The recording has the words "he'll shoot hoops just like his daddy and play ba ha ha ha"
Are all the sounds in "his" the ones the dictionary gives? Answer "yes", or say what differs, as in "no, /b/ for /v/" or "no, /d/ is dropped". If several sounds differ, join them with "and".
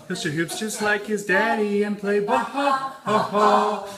yes